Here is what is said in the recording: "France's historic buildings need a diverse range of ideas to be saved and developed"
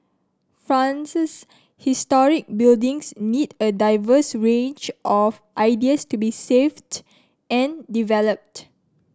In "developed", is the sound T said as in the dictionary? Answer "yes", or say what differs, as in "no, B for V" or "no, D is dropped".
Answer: yes